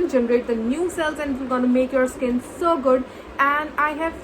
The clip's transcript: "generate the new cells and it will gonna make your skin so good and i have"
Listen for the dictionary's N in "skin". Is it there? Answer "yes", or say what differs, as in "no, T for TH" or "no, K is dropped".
yes